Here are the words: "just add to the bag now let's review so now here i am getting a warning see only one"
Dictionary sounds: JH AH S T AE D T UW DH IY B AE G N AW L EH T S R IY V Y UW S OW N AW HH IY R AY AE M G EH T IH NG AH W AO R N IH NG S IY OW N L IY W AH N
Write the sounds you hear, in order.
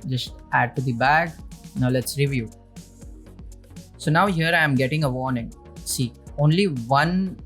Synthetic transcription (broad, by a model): JH AH S T AE D T UW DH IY B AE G N AW L EH T S R IY V Y UW S OW N AW HH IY R AY M G EH T IH NG AH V AO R N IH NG S IY OW N L IY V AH N